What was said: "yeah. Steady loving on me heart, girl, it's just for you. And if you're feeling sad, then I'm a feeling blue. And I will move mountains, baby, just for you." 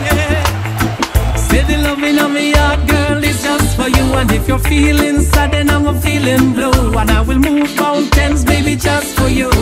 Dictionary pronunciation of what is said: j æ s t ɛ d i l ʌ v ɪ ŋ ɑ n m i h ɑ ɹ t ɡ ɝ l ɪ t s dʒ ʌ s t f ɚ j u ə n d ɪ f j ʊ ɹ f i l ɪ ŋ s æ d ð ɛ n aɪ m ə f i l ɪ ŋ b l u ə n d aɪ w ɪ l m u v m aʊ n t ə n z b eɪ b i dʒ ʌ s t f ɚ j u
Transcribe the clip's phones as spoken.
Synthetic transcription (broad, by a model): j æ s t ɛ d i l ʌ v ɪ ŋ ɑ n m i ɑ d ɡ ɝ l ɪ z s dʒ ʌ s t f ɚ j u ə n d ɪ f j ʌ ɹ f i l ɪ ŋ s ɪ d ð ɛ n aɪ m ə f i l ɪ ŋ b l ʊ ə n aɪ w ɪ l m u v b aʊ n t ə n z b eɪ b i dʒ ʌ s t f ɚ j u